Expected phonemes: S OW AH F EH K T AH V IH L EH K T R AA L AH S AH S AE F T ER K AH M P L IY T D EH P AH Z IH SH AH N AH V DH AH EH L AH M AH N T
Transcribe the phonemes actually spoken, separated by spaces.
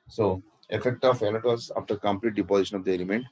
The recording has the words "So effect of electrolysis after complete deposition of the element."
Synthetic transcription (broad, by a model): S OW AH F EH K T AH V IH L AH T AA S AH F T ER K AH M P L IY T D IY P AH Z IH SH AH N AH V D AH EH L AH M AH N T